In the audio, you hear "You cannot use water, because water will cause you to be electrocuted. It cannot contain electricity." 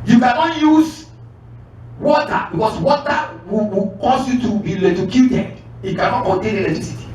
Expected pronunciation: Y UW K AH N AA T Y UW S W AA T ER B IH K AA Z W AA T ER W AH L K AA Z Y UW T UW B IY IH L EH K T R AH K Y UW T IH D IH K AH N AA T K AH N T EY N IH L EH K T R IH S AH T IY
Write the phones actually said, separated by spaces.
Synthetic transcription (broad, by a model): Y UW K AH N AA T Y UW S W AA T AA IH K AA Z W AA T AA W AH W K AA S Y UW T UW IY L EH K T AH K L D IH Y IH K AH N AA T K AH N T EY N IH L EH K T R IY S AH T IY